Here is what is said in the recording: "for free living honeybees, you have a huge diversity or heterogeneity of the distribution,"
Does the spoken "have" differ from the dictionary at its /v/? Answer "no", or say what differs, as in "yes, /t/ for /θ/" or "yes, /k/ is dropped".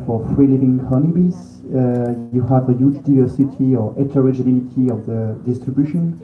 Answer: no